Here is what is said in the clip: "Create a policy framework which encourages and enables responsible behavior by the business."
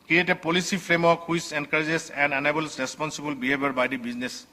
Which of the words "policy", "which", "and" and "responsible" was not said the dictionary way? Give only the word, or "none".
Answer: which